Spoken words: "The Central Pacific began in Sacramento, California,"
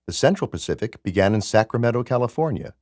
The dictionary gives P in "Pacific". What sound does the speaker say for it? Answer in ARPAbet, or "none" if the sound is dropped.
P